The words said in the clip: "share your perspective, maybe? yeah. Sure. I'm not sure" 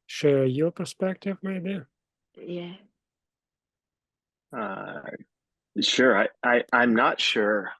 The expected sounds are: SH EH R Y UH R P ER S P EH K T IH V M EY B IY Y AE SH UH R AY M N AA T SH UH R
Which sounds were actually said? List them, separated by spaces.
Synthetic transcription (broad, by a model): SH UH R Y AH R P ER S P EH K T IH V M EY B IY Y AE SH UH R AY M N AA T SH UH R